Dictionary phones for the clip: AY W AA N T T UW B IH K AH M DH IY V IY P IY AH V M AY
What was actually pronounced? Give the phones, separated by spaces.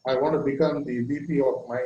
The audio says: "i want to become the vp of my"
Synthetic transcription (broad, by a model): AY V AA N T T UW B IH K AH M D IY B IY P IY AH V M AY